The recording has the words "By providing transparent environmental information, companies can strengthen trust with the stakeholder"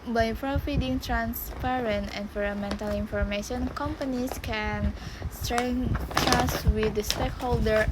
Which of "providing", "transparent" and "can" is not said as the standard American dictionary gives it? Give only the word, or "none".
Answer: providing